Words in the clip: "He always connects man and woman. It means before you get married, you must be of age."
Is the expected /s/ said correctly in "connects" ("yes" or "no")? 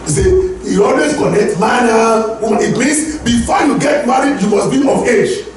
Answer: no